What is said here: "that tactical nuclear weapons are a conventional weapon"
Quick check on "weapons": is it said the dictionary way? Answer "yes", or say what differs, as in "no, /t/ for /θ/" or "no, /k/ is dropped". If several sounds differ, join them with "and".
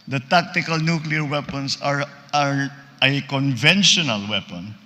no, /s/ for /z/